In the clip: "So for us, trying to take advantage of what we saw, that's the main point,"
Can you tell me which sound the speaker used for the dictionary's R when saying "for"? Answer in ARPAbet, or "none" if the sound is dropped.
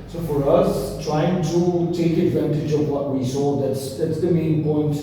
R